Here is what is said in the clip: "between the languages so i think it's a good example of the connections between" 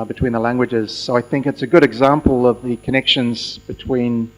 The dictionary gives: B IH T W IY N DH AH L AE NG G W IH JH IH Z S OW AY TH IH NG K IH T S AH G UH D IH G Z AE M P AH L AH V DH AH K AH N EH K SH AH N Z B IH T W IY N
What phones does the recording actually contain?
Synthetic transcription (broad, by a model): B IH T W IY N DH AH L AE NG G W IH JH IH Z S OW AY TH IH NG K IH T S AH G UH D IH G Z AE M P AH L AH V DH AH K AH N EH K SH AH N Z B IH T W IY N